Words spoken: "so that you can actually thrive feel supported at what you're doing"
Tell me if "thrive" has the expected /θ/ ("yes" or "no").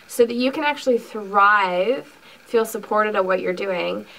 yes